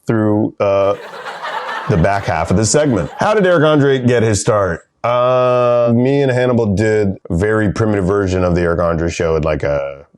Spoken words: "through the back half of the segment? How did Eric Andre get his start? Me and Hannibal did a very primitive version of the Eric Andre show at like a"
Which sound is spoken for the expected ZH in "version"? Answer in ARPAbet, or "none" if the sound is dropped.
ZH